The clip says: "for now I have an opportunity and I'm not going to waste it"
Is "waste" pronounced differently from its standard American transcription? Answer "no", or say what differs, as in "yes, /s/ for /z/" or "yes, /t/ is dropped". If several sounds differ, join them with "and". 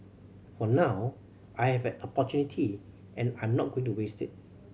no